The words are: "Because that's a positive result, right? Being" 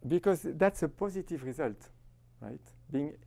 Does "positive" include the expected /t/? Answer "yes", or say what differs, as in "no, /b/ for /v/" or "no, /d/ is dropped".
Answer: yes